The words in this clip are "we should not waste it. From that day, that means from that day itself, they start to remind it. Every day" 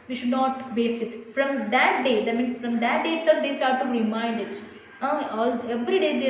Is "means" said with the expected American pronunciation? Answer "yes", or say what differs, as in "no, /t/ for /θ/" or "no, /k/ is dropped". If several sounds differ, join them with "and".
no, /s/ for /z/